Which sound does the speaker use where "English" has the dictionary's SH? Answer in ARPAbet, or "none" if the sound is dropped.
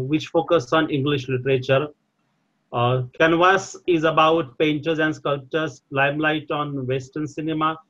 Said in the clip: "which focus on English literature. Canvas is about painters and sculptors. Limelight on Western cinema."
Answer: SH